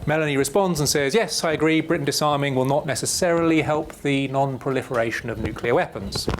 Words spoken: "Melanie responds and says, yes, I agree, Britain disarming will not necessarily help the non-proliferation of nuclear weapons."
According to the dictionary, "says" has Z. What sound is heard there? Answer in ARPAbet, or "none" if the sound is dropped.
Z